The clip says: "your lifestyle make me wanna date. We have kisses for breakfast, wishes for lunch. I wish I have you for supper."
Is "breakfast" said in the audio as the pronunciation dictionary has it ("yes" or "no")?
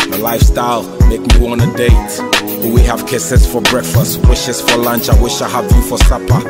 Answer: yes